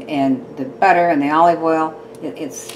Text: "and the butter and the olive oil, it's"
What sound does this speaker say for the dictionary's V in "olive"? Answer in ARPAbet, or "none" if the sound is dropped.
V